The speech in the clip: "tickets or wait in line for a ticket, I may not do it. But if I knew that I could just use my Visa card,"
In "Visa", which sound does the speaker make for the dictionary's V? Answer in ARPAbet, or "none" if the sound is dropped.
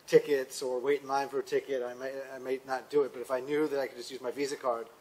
V